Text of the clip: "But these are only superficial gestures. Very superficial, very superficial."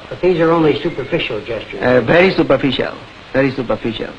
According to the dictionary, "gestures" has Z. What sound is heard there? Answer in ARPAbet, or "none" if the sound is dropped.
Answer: none